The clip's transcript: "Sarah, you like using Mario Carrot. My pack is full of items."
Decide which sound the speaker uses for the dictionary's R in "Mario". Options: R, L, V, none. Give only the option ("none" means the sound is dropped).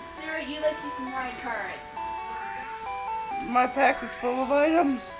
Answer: none